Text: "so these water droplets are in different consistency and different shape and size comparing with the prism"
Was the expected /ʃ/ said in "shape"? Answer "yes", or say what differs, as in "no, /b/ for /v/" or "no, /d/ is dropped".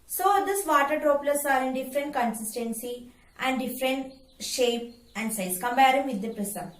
yes